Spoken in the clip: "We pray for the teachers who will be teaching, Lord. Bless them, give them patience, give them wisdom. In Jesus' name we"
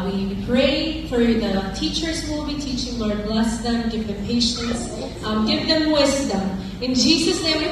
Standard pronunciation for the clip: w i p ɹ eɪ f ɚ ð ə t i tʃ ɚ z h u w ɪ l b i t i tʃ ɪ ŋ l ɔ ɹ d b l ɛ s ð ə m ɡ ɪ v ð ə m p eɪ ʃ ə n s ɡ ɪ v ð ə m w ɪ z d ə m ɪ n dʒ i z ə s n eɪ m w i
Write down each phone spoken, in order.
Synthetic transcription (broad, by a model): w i p ɹ eɪ f ɚ ð ə t i tʃ ɚ z w ɪ l b i t i tʃ ɪ ŋ l ɔ ɹ d b l ɛ s ð ə m ɡ ɪ v ð ə m p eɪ ʃ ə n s ɡ ɪ v ð ə m w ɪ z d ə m ɪ n dʒ i z ə s n eɪ m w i